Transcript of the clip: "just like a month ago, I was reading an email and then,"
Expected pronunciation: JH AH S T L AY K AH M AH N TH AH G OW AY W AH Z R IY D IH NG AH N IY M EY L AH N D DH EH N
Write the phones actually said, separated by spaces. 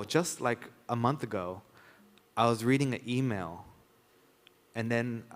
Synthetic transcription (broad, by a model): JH AH S T L AY K AH M AH N TH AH G OW AY W AH Z R IY D IH NG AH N IY M EY L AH N DH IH N